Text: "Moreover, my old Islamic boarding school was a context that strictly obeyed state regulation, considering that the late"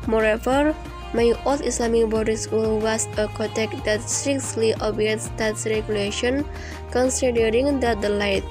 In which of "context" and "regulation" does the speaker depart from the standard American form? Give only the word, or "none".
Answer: context